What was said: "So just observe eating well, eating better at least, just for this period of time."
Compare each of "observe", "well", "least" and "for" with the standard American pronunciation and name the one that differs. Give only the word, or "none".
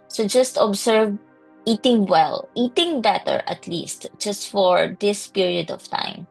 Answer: observe